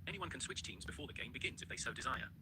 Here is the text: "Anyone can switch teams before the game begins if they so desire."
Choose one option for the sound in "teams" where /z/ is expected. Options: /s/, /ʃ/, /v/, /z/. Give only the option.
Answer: /z/